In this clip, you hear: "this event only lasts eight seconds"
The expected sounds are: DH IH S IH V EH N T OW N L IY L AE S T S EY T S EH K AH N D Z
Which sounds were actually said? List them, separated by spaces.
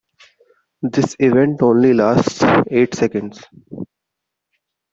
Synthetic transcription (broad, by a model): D IH S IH V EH N T OW N L IY L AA S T EY T S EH K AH N D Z